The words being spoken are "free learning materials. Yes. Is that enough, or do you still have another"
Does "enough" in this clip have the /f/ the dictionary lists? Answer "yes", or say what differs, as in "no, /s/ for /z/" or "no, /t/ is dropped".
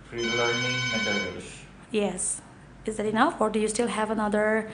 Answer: yes